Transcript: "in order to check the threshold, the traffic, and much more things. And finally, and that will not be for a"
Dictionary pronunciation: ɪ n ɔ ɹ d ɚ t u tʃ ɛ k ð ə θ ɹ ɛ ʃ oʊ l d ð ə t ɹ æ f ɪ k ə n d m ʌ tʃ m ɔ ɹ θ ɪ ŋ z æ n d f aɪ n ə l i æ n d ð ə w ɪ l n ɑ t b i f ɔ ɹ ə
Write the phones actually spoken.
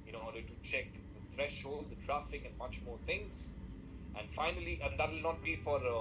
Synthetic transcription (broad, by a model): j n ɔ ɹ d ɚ t u tʃ ɛ k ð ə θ ɹ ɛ ʃ oʊ l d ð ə t ɹ æ f ɪ k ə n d m ʌ tʃ m ɔ ɹ t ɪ ŋ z æ n d f aɪ n ə l i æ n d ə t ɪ l n ɑ t b i f ɔ ɹ